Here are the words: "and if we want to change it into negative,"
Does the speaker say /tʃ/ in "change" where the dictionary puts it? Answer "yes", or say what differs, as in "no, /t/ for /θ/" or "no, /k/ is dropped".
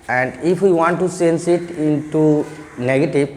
no, /s/ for /tʃ/